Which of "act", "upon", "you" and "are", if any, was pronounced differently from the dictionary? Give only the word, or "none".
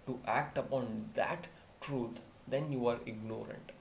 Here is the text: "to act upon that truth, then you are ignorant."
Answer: none